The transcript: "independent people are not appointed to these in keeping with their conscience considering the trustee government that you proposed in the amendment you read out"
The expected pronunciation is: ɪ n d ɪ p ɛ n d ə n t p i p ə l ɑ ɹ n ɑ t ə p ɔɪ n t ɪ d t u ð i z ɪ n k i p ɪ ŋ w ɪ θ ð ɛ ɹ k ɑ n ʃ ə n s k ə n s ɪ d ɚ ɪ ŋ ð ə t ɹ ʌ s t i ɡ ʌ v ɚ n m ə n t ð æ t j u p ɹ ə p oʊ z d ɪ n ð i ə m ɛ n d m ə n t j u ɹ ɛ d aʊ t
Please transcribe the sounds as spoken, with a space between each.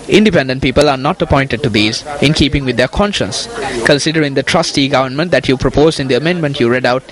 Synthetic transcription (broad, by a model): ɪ n d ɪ p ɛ n d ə n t p i p ə l ɑ ɹ n ɑ t ə p ɔɪ n t ɪ d t u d i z ɪ n k i p ɪ ŋ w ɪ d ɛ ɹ k ɑ n ʃ ə n s k ə n s ɪ d ɚ ɪ ŋ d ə t ɹ ʌ s t i ɡ ʌ v ɚ n m ə n t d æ t j u p ɹ ə p oʊ z d ɪ n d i ə m ɛ n d m ə n t j u ɹ ɛ d aʊ t